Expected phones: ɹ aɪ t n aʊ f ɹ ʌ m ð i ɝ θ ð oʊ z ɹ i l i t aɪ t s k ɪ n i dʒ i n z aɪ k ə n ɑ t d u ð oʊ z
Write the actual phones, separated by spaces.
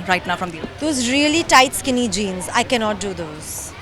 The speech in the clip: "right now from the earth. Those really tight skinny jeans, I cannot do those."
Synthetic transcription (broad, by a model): ɹ aɪ t n aʊ f ɹ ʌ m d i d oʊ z ɹ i l i t aɪ t s k ɪ n i dʒ i n z aɪ k ə n ɑ t d u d oʊ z